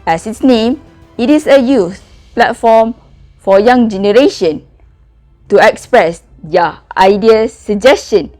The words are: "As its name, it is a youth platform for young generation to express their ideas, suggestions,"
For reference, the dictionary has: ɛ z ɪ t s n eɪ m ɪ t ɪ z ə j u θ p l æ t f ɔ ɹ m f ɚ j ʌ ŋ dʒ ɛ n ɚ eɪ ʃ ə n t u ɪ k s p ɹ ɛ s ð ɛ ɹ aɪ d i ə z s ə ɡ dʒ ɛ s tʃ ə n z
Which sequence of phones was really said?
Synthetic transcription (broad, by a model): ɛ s ɪ t s n eɪ m ɪ t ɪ s ə j u s p l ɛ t f ɔ m f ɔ j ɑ ŋ dʒ ɛ n ɚ eɪ ʃ ə n t u ɪ k s p ɹ ɛ s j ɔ aɪ d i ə s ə dʒ ɛ s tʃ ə n